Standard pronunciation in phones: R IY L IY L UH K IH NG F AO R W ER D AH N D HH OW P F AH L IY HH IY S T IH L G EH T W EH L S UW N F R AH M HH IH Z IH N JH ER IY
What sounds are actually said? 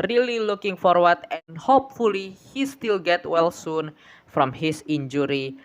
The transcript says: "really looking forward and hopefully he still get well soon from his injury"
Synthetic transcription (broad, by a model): R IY L IY L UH K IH NG F AO R W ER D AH N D HH OW P F AH L IY HH IY S T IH L G EH T W EH L S UW N F R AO M HH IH S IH N JH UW IY